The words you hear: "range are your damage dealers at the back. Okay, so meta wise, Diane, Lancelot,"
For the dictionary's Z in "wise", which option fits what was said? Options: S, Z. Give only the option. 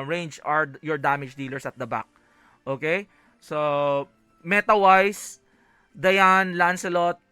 S